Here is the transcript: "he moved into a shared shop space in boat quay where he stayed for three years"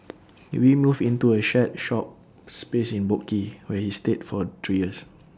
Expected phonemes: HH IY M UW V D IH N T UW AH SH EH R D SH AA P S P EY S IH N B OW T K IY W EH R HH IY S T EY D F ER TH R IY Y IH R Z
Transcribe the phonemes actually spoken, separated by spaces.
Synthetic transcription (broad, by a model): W IY M UW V IH N T UW AH SH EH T SH AA P S P EY S IH N B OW K IY W EH HH IY S T EY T F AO T R IY Y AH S